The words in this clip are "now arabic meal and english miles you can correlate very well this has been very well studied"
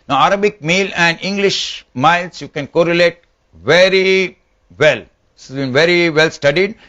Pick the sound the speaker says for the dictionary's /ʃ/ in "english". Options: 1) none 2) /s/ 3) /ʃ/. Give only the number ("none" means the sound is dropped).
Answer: 3